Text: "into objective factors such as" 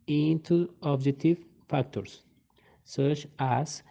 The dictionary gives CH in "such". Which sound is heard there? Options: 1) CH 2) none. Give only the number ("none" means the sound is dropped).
1